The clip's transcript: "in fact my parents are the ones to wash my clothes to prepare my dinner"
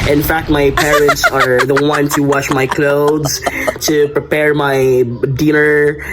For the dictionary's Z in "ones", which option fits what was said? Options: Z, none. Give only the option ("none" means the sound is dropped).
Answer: none